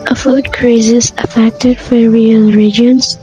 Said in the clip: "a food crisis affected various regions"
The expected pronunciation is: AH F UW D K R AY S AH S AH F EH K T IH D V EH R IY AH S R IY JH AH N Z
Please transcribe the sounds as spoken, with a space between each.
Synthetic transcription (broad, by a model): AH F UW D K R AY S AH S AH F EH K T IH D F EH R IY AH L R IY JH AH N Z